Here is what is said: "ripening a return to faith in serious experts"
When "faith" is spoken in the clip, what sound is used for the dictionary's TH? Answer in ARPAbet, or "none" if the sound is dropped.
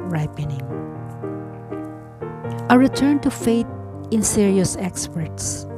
T